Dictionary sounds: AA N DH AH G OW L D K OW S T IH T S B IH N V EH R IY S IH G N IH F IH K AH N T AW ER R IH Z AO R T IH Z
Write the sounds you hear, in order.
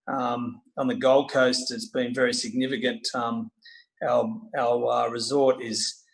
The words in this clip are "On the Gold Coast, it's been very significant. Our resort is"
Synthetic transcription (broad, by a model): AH N DH AH G OW L D K OW S T IH T S B IH N V EH R IY S IH G N IH F IH K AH N T AW ER R IH Z AO R T IH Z